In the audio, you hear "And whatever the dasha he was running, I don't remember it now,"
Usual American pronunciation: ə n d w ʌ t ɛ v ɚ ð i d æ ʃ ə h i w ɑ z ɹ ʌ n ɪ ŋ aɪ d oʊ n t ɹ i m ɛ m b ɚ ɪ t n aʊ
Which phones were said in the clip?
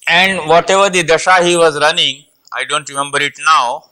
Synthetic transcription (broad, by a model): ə n d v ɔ t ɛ v ɚ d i d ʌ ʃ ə h i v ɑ z ɹ ʌ n ɪ ŋ aɪ d oʊ n t ɹ i m ɛ m b ɚ ɪ t n aʊ